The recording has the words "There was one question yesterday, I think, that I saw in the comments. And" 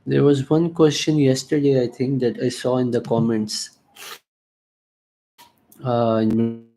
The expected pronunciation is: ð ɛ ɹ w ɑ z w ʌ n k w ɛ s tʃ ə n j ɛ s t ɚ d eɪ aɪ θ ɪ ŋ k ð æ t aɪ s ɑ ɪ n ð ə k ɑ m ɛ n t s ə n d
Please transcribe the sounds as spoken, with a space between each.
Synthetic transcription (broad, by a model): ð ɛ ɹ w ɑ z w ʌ n k w ɛ s tʃ ə n j ɛ s t ɚ d eɪ aɪ t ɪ ŋ k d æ t aɪ s ɑ ɪ n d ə k ɑ m ɛ n t s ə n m